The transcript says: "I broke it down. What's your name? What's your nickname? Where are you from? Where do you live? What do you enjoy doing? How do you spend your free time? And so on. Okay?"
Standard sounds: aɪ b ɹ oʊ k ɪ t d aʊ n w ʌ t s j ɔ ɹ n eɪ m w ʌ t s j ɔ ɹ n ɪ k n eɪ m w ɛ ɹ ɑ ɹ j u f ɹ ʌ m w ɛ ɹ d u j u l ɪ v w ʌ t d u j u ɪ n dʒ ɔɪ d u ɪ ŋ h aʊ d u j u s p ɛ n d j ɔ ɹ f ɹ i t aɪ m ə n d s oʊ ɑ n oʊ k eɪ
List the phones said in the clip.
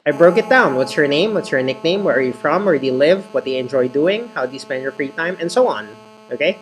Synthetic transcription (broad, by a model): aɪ b ɹ oʊ k ɪ t d aʊ n w ʌ t s j ɔ ɹ n eɪ m w ʌ t s j ɔ ɹ n ɪ k n eɪ m w ɛ ɹ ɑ ɹ j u f ɹ ʌ m w ɛ ɹ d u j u l ɪ v w ʌ t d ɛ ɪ ɪ n dʒ ɔɪ d u ɪ ŋ h aʊ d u j u s p ɛ n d j ɔ ɹ f ɹ i t aɪ m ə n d s oʊ ɑ n oʊ k eɪ